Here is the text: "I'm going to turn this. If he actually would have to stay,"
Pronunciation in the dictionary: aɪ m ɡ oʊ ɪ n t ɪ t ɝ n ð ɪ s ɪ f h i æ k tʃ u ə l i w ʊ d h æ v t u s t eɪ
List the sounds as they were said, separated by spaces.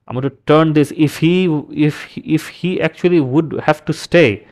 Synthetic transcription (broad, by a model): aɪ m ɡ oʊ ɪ n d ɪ s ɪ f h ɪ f ɪ f h i æ k tʃ u ə l i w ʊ d h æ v t u s t eɪ